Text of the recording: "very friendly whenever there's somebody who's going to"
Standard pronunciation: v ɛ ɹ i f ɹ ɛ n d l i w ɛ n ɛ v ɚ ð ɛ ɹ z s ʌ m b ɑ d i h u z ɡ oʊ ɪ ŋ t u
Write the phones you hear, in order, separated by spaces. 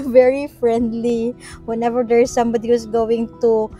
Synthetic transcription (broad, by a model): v ɛ ɹ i f ɹ ɛ n d l i w ɛ n ɛ v ɚ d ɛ ɹ s ʌ m b ɑ d i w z ɡ oʊ ɪ ŋ t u